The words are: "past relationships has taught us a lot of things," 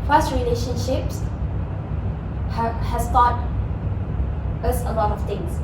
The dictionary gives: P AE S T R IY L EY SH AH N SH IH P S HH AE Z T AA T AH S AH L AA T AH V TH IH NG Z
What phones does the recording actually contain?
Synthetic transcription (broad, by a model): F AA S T R IY L EY SH AH N SH IH P S HH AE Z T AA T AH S AH L AA T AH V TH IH NG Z